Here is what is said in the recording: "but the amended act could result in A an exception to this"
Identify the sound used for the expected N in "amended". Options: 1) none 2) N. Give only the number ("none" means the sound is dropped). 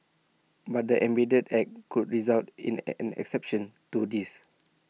1